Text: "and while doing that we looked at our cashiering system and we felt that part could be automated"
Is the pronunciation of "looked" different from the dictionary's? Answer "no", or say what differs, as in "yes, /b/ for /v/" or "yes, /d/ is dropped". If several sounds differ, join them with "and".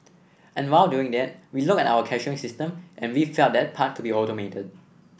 yes, /t/ is dropped